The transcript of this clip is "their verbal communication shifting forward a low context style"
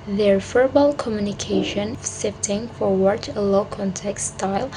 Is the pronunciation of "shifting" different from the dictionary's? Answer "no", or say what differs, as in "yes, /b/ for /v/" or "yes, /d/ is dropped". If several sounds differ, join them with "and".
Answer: yes, /s/ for /ʃ/